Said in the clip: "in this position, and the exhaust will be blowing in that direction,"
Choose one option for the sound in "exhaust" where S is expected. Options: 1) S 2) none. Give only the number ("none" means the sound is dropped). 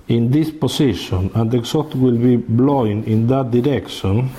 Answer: 2